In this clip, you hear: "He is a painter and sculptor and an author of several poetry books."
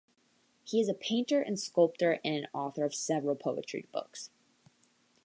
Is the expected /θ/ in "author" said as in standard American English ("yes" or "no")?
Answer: yes